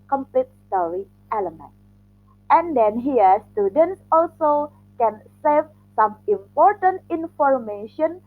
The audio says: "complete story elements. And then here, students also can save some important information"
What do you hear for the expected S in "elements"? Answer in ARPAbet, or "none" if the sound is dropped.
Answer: none